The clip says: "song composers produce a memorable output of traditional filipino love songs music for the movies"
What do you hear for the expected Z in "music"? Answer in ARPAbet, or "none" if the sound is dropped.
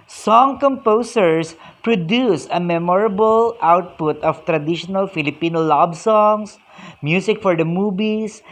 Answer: S